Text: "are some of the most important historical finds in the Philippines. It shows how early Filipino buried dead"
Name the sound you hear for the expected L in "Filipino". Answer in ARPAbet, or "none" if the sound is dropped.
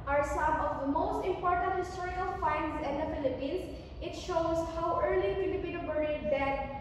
none